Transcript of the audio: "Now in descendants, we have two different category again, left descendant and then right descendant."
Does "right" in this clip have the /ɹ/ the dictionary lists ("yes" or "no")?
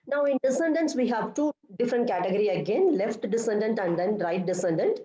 yes